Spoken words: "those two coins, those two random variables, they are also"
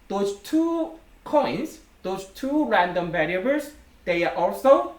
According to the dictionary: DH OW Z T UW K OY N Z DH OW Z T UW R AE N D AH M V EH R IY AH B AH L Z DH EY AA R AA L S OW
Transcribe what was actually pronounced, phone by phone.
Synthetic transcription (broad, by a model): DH OW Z T UW K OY N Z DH OW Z T UW R AE N D AH M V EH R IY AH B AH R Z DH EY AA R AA L S OW